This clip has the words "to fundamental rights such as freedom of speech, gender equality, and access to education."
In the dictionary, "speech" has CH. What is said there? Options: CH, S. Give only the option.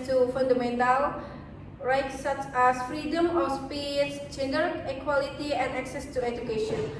S